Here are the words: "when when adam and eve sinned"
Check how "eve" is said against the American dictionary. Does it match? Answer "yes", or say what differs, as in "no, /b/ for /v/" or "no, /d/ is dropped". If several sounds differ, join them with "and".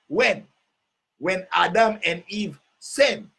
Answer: yes